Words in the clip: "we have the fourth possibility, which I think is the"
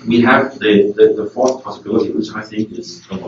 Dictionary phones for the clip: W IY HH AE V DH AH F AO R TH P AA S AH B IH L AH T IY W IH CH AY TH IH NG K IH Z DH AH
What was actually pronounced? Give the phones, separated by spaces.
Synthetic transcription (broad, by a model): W IY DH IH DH DH AH F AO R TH P AA S AH B IH L AH T IY W IH CH AY TH IH NG K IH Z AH